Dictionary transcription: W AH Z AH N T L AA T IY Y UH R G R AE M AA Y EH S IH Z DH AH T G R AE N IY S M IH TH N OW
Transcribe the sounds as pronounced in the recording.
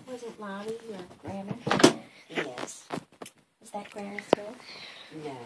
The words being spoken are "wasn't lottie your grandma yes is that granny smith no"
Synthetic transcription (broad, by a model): W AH Z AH N T L AA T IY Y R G R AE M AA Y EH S IH Z DH AH T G R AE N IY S IH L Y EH